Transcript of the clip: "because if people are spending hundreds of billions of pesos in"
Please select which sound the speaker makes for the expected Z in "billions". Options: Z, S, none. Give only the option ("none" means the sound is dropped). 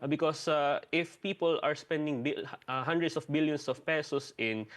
S